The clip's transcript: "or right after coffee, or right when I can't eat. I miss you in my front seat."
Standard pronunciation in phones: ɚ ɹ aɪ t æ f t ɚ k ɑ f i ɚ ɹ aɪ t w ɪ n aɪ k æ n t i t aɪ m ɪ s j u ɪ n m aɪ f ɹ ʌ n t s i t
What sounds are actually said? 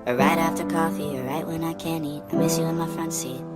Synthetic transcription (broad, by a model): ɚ ɹ aɪ t æ f t ɚ k ɑ f i ɚ ɹ aɪ t w ɪ n aɪ k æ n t i t aɪ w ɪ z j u ɪ n m aɪ f ɹ ʌ n t s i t